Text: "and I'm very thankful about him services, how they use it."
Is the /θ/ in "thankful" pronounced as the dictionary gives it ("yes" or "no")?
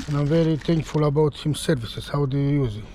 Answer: no